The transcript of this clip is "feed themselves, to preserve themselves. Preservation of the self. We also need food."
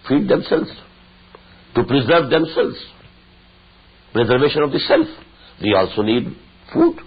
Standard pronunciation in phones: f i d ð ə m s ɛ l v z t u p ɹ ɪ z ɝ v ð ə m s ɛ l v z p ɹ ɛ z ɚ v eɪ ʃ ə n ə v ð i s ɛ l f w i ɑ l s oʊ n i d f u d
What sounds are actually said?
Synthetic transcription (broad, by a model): f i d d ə m s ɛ l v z t u p ɹ ɪ z ɝ v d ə m s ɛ l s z p ɹ ɛ z ɚ v eɪ ʃ ə n ə v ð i s ɛ l f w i ɑ l s oʊ n i d f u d